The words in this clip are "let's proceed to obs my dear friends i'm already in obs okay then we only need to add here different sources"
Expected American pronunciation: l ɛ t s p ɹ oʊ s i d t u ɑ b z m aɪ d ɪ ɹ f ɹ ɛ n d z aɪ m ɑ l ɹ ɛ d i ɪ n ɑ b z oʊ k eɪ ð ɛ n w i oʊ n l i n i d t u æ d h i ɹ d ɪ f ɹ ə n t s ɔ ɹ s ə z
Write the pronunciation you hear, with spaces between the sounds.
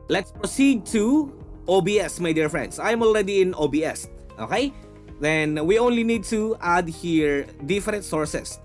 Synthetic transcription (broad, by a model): l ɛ t s p ɹ oʊ s i d t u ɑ b s m aɪ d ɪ ɹ f ɹ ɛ n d s aɪ m ɑ l ɹ ɛ d i ɪ n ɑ b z oʊ k eɪ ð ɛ n w i oʊ n l i n i d t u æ d h i ɹ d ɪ f ɹ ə n t s ɔ ɹ s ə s